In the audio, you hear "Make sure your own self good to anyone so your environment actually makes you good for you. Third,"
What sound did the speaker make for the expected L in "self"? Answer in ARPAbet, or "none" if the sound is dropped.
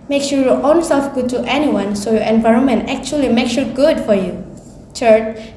L